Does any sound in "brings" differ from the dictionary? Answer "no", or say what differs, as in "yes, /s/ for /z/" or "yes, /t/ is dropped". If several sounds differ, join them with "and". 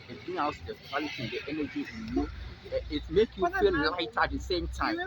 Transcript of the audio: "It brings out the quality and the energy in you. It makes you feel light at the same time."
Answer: yes, /z/ is dropped